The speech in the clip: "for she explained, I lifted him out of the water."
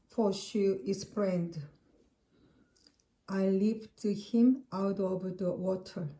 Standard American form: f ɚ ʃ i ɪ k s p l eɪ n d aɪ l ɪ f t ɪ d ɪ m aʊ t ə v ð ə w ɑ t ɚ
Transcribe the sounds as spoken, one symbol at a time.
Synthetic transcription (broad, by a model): f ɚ ʃ i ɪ s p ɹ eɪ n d aɪ l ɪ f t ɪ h ɪ m aʊ t ə v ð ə w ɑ t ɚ